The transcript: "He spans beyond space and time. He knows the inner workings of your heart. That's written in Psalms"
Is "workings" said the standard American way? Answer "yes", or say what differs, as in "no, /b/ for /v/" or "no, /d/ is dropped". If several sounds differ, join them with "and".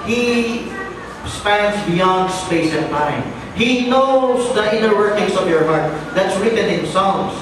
no, /s/ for /z/